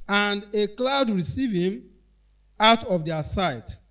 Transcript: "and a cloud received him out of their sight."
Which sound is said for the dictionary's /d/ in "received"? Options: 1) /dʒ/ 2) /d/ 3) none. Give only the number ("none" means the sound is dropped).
3